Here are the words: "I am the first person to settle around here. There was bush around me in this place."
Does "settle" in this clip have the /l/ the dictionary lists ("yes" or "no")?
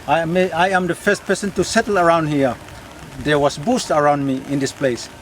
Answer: yes